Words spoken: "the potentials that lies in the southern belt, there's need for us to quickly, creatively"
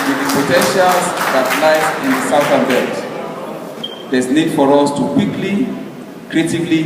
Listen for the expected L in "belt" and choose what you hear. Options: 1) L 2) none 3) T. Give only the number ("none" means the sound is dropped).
2